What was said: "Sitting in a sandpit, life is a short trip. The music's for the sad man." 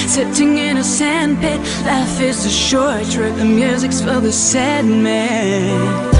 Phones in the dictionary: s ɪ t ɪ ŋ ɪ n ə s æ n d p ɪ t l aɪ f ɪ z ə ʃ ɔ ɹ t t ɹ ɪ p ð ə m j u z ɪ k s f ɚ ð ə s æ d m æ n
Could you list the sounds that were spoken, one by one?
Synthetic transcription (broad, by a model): s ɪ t ɪ ŋ ɪ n ə s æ n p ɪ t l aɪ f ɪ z ə ʃ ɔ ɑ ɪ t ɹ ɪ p ð ə m j u z ɪ k s f ɚ ð ə s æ d m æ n